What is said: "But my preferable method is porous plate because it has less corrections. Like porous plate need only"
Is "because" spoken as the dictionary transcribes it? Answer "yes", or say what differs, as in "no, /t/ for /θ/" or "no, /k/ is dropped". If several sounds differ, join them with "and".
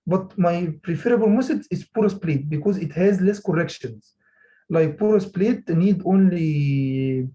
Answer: yes